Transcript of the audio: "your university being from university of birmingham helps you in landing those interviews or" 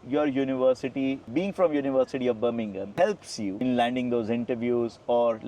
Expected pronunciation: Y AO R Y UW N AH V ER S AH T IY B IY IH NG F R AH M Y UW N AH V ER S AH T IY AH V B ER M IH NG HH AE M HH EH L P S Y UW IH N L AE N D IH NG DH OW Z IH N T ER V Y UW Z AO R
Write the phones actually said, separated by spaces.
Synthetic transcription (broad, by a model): Y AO R Y UW N AH V ER S AH T IY B IY IH NG F R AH M Y UW N AH V ER S AH T IY AH V B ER M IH NG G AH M HH EH L P S Y UW IH N L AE N D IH NG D OW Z IH N T ER V Y UW Z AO R